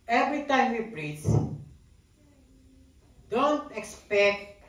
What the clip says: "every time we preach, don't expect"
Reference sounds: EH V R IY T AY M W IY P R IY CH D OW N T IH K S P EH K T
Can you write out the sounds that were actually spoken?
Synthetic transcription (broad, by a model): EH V R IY T AY M W IY B R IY S D OW N T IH K S P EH K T